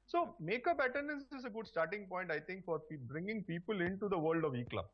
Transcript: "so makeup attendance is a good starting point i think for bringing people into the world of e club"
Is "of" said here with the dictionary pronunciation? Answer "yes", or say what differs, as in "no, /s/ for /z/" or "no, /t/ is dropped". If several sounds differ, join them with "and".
yes